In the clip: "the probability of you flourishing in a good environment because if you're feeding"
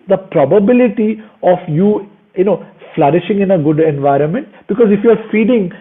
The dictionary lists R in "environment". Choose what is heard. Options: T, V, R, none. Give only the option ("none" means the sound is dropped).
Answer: R